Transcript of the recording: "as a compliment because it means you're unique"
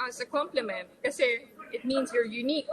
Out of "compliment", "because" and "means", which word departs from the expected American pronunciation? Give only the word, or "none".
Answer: because